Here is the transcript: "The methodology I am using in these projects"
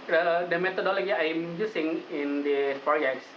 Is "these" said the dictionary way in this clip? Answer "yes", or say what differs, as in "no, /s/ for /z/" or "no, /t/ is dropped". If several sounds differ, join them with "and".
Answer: no, /z/ is dropped